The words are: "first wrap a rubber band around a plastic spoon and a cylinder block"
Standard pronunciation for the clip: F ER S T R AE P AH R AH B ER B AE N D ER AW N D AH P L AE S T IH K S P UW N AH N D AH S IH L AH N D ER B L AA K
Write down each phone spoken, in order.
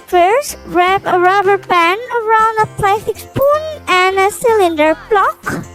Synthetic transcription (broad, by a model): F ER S R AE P AH R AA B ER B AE N ER AW N D AH P L AE S T IH K S P UW N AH N AH S IH L AH N D ER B L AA K